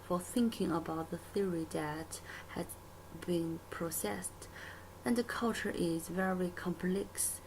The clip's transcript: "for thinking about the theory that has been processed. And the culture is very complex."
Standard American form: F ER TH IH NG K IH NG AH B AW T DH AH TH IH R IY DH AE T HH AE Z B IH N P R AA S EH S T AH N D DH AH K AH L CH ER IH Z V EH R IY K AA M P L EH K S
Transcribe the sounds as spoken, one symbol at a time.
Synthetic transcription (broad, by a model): F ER TH IH NG K IH NG AH B AW T DH AH TH IH R IY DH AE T HH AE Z B IH N P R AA S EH S T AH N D DH AH K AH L CH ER IH Z V EH R IY K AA M P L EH K S